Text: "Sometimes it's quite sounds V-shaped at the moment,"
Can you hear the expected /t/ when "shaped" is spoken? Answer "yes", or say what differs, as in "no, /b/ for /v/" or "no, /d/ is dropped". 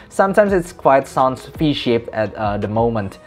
no, /t/ is dropped